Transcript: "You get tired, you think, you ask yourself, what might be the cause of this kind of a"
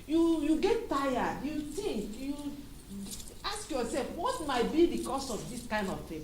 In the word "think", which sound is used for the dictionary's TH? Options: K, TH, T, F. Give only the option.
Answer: T